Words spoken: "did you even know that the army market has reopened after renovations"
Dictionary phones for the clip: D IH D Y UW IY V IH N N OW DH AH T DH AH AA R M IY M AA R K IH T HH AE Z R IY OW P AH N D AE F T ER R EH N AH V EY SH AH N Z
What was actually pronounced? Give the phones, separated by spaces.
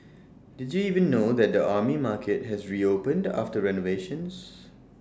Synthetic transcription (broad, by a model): D IH D Y UW IY V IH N N OW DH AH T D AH AA M IY M AA K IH T HH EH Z R IY OW P AH N D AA F T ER R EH N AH V EY SH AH N S